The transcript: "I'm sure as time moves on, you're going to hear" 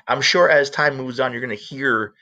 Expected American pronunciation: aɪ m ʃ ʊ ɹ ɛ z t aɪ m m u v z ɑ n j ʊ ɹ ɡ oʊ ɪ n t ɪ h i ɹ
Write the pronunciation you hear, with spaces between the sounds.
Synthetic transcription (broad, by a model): aɪ m ʃ ʊ ɹ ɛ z t aɪ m m u v z n j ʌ ɹ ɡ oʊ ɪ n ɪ h i ɹ